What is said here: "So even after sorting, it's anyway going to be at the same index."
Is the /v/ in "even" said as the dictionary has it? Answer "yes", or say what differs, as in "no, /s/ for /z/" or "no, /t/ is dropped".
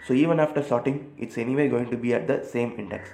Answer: yes